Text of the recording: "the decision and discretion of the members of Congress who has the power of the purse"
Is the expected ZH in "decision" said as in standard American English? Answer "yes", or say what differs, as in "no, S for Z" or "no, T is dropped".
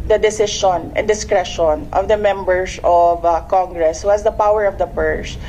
no, SH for ZH